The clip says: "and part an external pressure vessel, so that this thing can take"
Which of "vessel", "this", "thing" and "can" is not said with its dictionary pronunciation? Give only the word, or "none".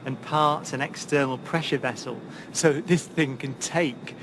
none